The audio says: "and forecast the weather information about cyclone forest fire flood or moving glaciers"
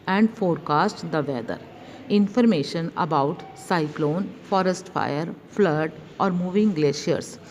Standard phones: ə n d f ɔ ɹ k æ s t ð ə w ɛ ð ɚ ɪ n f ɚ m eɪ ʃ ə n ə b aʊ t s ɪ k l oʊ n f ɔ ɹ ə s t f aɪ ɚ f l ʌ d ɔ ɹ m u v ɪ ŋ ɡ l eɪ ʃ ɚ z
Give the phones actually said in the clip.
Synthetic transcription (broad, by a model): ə n d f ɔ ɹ k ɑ s t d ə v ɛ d ɚ ɪ n f ɚ m eɪ ʃ ə n ə b aʊ t s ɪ k l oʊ n f ɔ ɹ ə s t f aɪ ɚ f l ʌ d ɔ ɹ m u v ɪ ŋ ɡ l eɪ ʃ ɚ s